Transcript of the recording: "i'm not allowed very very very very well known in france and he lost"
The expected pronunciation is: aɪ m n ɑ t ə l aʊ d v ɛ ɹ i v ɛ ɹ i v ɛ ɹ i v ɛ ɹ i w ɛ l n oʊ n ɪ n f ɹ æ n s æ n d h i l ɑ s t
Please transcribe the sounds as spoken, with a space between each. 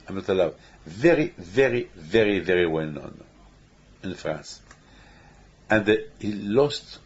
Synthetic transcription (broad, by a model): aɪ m n ɑ t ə l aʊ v v ɛ ɹ i v ɛ ɹ i v ɛ ɹ i v ɛ ɹ i w ɛ l n oʊ n ɪ n f ɹ æ n s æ n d h i l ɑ s t